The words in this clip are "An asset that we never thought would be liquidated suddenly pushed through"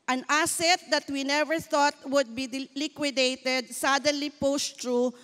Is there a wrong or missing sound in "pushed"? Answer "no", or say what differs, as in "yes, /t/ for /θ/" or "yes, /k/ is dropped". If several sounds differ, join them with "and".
yes, /s/ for /ʃ/